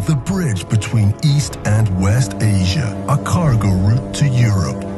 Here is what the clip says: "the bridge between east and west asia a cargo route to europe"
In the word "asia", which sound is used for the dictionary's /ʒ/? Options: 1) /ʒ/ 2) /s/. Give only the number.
1